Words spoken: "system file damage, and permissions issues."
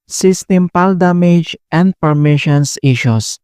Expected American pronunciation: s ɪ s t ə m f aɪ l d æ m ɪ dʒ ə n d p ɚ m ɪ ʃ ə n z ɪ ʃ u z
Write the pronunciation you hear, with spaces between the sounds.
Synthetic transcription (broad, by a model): s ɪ s t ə m p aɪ l d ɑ m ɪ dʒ ə n d p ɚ m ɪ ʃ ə n s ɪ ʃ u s